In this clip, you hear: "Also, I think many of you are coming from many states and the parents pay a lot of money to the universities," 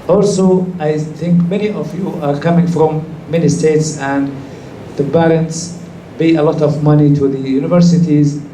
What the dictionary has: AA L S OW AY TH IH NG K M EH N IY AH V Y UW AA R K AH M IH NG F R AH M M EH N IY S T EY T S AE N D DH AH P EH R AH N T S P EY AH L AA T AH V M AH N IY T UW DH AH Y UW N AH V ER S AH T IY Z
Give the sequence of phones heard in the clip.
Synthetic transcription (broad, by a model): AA L S OW AY TH IH NG K M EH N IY AH V Y UW AA R K AH M IH NG F R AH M M EH N IY S T EY T S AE N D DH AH B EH R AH N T S B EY AH L AA T AH V M AH N IY T UW DH AH Y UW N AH V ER S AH T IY Z